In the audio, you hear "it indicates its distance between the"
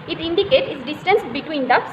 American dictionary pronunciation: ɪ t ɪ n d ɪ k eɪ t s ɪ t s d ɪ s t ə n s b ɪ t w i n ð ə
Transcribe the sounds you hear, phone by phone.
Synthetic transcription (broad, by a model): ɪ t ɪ n d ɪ k eɪ t ɪ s d ɪ s t ə n s b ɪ t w i n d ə